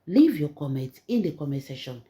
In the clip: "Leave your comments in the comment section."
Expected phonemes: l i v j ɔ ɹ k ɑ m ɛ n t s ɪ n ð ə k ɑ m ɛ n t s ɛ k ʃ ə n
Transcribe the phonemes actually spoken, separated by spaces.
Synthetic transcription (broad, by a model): l i v j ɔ k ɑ m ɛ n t ɪ n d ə k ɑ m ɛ t s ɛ ʃ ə n